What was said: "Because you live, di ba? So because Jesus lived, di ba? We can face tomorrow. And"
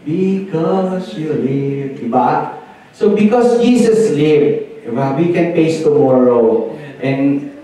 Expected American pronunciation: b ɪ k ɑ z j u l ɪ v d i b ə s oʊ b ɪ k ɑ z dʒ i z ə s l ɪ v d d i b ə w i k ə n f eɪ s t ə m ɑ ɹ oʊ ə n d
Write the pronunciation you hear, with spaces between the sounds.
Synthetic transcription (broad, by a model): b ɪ k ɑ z j u l ɪ v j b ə s oʊ b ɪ k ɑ s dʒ i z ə s l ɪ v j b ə w i k ə n p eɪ s t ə m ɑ ɹ oʊ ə n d